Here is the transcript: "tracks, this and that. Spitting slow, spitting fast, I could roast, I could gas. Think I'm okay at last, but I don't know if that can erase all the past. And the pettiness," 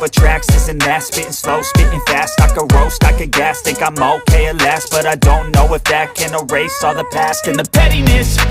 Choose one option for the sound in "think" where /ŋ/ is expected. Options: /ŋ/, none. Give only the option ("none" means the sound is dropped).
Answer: none